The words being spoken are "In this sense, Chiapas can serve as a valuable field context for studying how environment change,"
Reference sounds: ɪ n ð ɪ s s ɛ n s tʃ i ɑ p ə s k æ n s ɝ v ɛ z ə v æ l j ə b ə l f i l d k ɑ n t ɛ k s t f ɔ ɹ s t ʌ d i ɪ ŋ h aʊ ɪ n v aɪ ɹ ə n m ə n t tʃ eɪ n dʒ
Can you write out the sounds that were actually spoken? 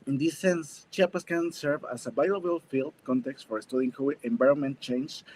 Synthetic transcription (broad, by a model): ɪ n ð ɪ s s ɛ n s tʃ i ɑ p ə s k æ n s ɝ v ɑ s ə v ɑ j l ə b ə l f i l d k ɑ n t ɛ k s t f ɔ ɹ s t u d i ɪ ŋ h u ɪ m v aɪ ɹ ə n m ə n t tʃ eɪ n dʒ